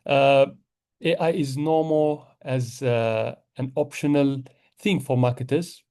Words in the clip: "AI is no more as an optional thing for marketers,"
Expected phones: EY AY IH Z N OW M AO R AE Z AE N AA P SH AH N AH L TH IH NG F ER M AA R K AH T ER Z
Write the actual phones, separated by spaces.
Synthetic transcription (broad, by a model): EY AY IH Z N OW M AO L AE Z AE N AA P SH AH N AH L TH IH NG F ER M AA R K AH T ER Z